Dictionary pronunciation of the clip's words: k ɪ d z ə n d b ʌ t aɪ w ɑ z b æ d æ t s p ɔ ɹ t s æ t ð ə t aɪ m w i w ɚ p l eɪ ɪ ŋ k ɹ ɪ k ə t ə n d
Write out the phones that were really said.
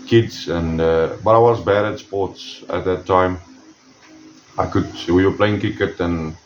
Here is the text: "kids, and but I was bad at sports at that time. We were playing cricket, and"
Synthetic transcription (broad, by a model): k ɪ d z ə n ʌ b ʌ t aɪ w ɑ z b æ d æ t s p ɔ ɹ t s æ t ð ə t aɪ m w i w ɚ p l eɪ ɪ ŋ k ɪ k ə t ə n